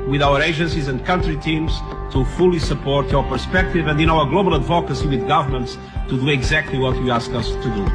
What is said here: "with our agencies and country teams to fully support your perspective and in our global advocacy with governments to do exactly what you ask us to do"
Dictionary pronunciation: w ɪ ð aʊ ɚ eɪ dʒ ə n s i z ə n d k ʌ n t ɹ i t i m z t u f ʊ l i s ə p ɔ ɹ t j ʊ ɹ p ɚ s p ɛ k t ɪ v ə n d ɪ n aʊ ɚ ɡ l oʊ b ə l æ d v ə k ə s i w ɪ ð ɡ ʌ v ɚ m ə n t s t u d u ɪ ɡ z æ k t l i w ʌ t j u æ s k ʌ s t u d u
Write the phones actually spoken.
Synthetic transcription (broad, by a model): w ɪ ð aʊ ɚ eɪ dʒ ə n s i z ə n d k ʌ n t ɹ i t i m z t u f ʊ l i s ə p ɔ ɹ t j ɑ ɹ p ɚ s p ɛ k t ɪ v ə n d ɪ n aʊ ɚ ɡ l oʊ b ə l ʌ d v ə k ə s i w ɪ ð ɡ ʌ v ɚ m ə n t s t u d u ɪ ɡ z æ k t l i w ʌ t j u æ s k ʌ s t u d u